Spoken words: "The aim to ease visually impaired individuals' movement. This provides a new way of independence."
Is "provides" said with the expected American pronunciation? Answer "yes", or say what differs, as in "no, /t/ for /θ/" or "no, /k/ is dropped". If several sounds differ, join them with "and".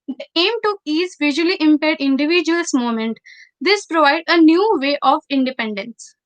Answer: no, /z/ is dropped